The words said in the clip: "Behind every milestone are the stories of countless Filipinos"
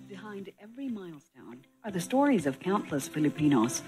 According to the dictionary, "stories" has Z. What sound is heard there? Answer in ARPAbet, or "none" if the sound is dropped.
Z